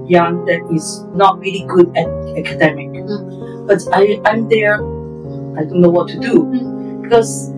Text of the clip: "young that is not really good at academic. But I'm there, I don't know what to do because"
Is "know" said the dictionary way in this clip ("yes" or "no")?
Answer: yes